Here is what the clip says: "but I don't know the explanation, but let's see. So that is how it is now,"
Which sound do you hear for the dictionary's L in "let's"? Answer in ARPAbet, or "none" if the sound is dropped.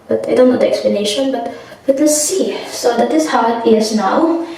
W